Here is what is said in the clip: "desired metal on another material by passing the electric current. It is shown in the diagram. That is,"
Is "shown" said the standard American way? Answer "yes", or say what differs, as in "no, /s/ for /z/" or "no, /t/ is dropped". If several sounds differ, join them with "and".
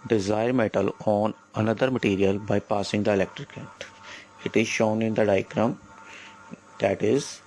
yes